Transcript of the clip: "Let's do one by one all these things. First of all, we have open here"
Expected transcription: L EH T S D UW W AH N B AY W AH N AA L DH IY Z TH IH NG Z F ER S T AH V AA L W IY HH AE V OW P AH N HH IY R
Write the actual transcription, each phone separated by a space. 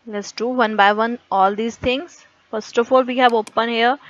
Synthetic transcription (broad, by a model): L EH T S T UW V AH N B AY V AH N AA L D IY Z T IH NG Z F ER S T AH F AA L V IY HH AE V OW P AH N HH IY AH